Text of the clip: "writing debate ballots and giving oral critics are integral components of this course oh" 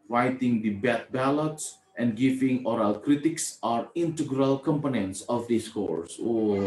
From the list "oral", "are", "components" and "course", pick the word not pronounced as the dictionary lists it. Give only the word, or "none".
none